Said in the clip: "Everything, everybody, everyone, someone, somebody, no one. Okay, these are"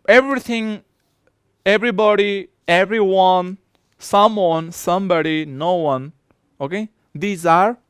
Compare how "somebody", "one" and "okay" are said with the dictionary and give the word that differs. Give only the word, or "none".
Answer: none